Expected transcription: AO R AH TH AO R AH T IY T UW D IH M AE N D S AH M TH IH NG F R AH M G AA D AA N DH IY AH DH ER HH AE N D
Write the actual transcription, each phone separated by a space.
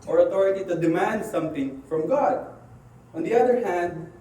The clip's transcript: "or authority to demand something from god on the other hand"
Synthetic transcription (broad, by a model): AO R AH T AO R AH T IY T UW D IH M AE N D S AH M T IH NG F R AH M G AA D AA N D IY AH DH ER HH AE N D